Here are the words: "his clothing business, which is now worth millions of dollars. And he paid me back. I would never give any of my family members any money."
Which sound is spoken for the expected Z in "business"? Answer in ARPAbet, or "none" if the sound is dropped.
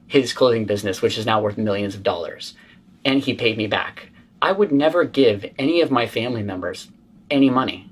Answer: Z